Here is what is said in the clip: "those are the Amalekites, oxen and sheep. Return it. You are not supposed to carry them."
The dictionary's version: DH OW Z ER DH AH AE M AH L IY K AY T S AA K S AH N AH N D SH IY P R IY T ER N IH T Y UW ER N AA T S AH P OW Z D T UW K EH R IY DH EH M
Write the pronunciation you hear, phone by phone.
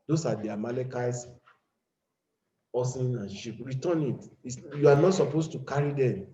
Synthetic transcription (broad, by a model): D OW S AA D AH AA M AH L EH K AY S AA S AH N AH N SH IY P R IY T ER N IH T Y UW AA N AA T S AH P OW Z T UW K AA R IY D EH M